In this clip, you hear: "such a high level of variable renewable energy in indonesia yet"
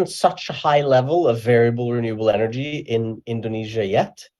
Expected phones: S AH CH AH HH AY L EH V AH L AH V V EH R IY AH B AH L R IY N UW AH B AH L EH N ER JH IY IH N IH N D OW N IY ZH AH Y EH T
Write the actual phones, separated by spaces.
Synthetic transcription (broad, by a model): S AH CH AH HH AY L EH V AH L AH V V EH R IY AH B AH L R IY N UW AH B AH L EH N ER JH IY IH N IH N D OW N IY ZH AH Y EH T